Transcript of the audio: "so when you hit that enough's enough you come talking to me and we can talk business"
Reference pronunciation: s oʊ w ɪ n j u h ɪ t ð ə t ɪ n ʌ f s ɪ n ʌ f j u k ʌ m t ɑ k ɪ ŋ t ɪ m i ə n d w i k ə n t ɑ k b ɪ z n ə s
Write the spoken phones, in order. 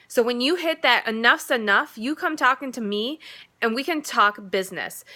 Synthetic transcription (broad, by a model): s oʊ w ɪ n j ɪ h ɪ t ð ə t ɪ n ʌ f s ɪ n ʌ f j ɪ k ʌ m t ɑ k ɪ ŋ t ɪ m i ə n w i k ə n t ɑ k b ɪ z n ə s